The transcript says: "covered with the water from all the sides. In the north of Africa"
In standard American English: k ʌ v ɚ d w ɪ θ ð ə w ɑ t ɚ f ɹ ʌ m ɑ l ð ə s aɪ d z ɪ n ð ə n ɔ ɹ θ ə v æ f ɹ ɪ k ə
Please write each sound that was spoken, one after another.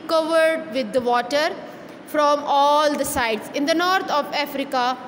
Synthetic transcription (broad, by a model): k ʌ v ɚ d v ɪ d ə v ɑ t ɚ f ɹ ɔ m ɑ l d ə s aɪ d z ɪ n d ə n ɔ ɹ t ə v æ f ɹ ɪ k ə